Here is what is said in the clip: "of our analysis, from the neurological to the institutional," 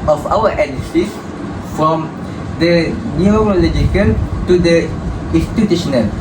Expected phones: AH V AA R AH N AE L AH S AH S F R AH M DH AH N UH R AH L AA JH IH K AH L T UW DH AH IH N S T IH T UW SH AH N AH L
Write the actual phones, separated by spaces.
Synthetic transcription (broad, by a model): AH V AA W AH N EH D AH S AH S F R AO M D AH N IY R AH L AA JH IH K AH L T UW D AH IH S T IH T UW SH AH N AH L